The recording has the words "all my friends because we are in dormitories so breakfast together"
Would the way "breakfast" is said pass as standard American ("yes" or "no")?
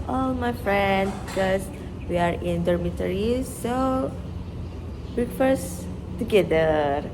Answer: no